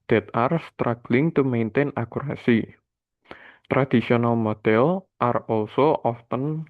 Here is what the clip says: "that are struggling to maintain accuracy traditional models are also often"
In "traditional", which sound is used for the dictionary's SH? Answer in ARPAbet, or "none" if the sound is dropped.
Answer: S